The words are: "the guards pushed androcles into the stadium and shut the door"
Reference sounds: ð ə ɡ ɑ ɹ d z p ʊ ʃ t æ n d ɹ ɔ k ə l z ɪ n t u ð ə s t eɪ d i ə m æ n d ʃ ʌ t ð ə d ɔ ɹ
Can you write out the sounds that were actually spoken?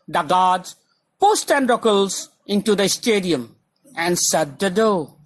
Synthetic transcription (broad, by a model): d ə ɡ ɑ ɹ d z p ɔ s t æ n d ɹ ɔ k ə l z ɪ n t u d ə s t eɪ d i ə m æ n d s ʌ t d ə d ɔ